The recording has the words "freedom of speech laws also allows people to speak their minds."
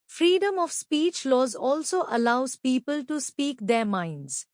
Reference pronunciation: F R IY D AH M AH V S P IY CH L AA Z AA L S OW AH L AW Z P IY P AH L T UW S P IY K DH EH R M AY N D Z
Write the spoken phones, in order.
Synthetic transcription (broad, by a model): F R IY D AH M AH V S P IY CH L AA Z AA L S OW AH L AW Z P IY P AH L T UW S P IY K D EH R M AY N D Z